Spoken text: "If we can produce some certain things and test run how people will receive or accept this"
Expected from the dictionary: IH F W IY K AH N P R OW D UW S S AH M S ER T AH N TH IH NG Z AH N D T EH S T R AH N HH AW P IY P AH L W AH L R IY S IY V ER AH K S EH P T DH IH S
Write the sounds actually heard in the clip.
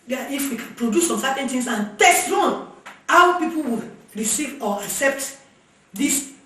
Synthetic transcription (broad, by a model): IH F W IY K P R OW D UW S S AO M S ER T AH N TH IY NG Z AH N T EH S T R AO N HH AW P IY P AH L W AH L R IY S IY V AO AH K S EH P T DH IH S